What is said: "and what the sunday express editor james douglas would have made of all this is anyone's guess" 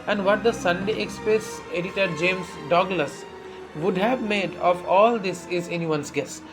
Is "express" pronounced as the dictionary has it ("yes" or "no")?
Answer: no